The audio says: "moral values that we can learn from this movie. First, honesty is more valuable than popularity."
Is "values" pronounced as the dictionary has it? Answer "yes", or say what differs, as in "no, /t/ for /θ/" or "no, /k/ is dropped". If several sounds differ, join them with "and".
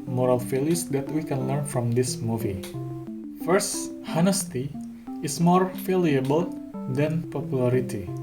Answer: no, /f/ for /v/